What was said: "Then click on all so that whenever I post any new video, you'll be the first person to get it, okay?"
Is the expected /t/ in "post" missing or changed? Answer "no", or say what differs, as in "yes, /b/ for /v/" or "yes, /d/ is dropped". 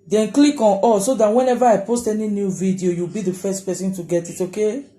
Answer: no